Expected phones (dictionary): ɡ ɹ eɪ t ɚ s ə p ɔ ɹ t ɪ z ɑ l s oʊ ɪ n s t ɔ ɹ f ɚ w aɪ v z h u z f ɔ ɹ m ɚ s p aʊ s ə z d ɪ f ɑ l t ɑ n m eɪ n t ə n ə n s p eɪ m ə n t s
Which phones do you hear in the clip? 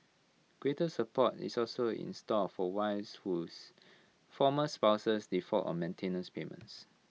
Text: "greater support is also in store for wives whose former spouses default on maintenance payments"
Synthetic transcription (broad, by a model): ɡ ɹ eɪ t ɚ s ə p ɔ t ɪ s ɑ l s oʊ ɪ n s t ɔ l f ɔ w aɪ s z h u s f ɔ m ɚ s p aʊ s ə s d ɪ f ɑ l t ɑ n m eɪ n t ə n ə n s p eɪ m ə n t s